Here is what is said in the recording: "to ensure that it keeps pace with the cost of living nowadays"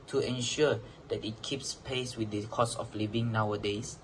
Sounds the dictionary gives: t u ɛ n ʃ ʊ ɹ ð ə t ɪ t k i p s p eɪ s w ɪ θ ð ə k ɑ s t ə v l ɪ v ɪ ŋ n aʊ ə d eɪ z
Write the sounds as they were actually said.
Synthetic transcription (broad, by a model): t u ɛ n ʃ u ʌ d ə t ɪ t k i p s p eɪ s w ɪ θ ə k ɑ s ə f l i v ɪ ŋ n aʊ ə d eɪ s